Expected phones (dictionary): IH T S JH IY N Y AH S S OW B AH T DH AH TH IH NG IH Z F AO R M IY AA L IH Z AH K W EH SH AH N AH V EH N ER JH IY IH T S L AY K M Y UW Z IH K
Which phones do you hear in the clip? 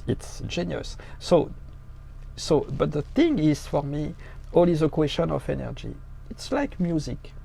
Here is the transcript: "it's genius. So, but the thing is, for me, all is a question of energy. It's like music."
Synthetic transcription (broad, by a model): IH T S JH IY N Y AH S S OW B AH T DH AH TH IH NG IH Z F AO R M IY AA L IH Z AH K W EH SH AH N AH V EH N ER JH IY IH T S L AY K M Y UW Z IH K